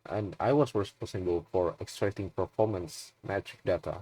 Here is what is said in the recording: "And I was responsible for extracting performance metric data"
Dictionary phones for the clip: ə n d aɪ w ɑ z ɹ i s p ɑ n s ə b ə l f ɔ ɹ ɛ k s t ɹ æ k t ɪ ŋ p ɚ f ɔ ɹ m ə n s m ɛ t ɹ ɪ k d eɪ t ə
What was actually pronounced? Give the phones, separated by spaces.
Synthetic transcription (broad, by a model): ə n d aɪ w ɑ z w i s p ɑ s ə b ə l f ɔ ɹ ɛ k s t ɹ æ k t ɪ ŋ p ɚ f ɔ ɹ m ə n s m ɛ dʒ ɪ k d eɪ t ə